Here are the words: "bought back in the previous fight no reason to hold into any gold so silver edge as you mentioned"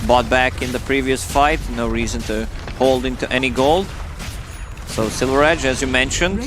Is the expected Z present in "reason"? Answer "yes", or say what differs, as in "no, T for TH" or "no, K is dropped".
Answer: yes